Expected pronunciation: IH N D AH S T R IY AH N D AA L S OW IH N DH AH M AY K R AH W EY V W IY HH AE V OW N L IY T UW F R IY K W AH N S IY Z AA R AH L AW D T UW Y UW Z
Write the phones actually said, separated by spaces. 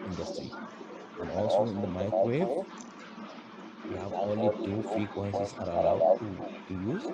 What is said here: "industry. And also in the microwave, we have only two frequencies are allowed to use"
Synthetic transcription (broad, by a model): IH N D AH S T R IY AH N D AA L S OW IH N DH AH M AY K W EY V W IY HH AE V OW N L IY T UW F IY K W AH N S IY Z AA R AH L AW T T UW Y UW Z